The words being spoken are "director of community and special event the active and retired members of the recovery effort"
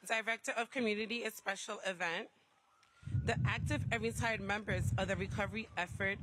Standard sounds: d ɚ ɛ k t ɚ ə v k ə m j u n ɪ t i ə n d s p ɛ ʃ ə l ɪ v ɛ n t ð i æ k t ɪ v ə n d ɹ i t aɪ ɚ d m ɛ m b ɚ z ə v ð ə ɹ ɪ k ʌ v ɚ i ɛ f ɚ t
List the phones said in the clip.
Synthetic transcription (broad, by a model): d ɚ ɛ k t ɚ ə v k ə m j u n ɪ t i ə s p ɛ ʃ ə l ɪ v ɛ n t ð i æ k t ɪ v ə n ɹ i t aɪ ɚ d m ɛ m b ɚ z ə ð ə ɹ ɪ k ʌ v ɚ i ɛ f ɚ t